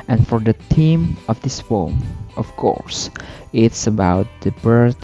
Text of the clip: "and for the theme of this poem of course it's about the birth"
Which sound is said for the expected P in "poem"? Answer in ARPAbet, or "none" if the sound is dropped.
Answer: F